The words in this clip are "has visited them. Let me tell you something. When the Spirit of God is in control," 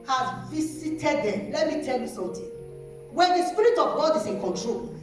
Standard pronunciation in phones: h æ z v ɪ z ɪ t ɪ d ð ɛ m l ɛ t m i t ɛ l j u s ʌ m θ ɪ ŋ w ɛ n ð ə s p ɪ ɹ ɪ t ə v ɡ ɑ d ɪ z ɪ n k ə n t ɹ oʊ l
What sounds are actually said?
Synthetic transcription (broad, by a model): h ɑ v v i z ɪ t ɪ d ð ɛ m l ɛ t m i t ɛ l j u s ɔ m t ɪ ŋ w ɛ n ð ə s p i ɹ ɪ t ə v ɡ ɑ d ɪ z ɪ n k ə n t ɹ oʊ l